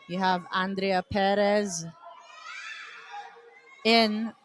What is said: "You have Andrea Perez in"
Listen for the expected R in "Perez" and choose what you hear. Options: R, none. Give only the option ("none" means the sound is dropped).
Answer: R